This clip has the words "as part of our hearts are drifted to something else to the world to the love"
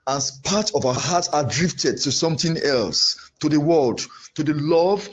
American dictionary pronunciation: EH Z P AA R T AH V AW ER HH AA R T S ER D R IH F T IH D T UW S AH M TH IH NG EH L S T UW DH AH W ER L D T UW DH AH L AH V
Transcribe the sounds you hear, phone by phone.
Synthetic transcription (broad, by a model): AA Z P AA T AH V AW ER HH AA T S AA D R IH F T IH D T UW S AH M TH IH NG EH L S T UW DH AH W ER L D T UW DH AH L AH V